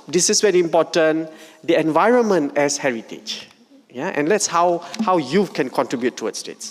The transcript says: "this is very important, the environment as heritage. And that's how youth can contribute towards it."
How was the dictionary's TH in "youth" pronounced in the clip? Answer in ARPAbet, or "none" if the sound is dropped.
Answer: F